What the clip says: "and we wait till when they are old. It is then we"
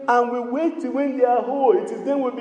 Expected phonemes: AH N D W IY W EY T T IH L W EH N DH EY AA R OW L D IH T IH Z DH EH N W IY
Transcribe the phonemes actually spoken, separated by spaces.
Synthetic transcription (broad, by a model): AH N W IY W EY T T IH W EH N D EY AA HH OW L IH T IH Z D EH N W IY